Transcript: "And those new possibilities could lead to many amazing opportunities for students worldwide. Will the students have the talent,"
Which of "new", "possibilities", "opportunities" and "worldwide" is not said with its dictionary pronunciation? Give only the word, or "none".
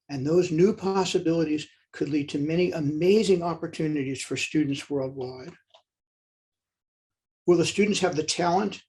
none